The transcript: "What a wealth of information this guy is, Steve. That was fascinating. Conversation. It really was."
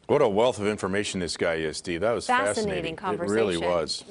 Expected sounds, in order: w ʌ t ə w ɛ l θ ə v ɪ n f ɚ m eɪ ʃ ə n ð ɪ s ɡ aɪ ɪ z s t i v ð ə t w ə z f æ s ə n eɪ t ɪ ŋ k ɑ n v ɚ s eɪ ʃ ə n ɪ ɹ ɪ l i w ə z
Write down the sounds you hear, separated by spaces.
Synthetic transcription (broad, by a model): w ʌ t ə w ɛ l θ ə v ɪ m f ɚ m eɪ ʃ n ð ɪ s ɡ aɪ ɪ z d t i ð ə t w ə z f æ s ə n eɪ t ɪ ŋ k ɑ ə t ɹ ɪ l i w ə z